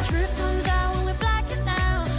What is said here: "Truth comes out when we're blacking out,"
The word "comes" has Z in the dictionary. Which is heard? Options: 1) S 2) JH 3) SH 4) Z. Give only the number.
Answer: 4